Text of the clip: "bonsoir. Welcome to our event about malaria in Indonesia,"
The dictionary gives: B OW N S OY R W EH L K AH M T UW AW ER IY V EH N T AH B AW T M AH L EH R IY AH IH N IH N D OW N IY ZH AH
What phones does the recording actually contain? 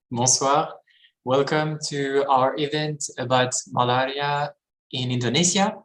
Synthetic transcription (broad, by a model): B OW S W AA R W EH L K AH M T UW AW ER IY V EH N T AH B AW T M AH L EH R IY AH IH N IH N D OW N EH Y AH